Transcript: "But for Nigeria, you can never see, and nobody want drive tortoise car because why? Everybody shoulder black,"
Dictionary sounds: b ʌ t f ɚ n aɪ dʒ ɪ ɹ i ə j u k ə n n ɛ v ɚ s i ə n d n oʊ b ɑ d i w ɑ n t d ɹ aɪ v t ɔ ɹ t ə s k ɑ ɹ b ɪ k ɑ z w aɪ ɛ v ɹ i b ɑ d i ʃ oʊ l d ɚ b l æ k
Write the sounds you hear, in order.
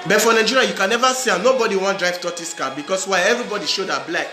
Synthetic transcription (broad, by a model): b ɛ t f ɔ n aɪ dʒ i ɹ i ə j u k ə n n ɛ v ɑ s i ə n n oʊ b ɑ d i w ɑ n t d ɹ aɪ v t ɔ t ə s k ɑ b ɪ k ɑ s w aɪ ɛ v ɹ i b ɑ d i ʃ oʊ d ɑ b l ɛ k